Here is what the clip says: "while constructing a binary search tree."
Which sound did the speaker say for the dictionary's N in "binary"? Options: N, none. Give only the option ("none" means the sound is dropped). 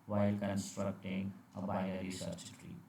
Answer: none